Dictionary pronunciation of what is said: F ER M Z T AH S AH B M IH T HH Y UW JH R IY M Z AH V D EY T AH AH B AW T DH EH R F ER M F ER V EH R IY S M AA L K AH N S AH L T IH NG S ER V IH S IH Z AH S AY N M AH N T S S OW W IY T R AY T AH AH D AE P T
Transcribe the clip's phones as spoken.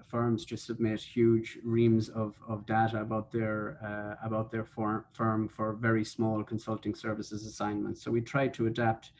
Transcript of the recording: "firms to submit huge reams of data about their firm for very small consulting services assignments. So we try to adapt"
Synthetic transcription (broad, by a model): F ER M Z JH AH S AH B M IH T HH Y UW JH R IY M Z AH V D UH T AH AH B AW T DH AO R F ER M F ER V EH R IY S M AA L K AH N S AH L T IH NG S ER V IH S IH Z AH S AY N M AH N T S S OW W IY T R AY T AH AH D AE P T